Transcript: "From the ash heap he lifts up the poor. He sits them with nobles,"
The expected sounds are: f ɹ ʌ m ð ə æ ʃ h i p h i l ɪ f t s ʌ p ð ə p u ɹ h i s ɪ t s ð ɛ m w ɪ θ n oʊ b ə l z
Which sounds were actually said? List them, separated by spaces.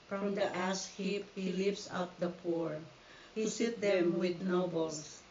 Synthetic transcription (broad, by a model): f ɹ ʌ m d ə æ s h i p h i l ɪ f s ʌ p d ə p u ɹ h i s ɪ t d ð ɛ m w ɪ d n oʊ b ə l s